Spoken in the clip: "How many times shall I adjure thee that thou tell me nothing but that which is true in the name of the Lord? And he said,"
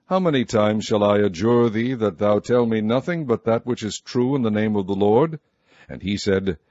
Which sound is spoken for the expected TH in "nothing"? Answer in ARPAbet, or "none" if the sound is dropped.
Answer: TH